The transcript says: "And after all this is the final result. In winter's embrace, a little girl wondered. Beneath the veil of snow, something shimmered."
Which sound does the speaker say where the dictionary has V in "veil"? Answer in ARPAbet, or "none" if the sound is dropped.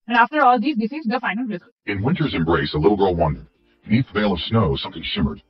V